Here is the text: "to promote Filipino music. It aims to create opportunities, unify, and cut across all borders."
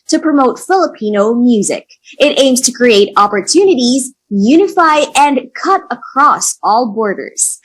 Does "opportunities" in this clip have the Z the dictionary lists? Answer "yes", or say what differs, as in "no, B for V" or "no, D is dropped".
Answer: yes